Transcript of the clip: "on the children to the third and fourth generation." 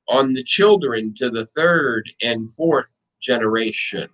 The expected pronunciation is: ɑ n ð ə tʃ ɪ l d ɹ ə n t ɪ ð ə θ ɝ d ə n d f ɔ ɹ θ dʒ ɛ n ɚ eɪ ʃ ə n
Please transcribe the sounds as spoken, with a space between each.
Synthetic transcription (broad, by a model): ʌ n ð ə tʃ ɪ l d ɹ ə n t ɪ ð ə θ ɝ d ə n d f ɔ ɹ θ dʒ ɛ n ɚ eɪ ʃ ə n